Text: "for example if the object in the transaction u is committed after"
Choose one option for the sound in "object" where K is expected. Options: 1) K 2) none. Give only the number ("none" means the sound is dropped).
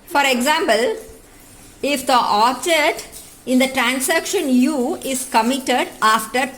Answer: 2